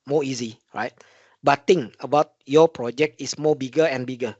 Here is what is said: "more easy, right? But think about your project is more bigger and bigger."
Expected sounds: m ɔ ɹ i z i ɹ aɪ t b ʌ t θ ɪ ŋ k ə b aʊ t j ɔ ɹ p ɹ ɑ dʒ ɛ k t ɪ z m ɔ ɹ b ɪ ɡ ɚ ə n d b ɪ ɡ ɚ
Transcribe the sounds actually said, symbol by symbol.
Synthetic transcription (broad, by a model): m ɔ i z i ɹ aɪ t b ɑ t t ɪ ŋ ə b aʊ t j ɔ p ɹ ɑ dʒ ɛ k t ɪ s m ɔ b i ɡ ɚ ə n b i ɡ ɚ